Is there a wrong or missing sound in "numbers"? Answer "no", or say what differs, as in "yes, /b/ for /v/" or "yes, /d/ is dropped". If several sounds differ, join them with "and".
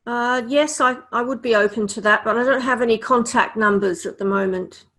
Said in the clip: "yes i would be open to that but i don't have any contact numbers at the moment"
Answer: no